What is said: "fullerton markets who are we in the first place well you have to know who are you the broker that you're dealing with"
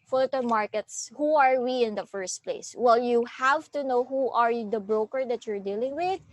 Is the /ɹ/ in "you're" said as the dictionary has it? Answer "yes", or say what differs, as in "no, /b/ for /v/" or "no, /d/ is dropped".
yes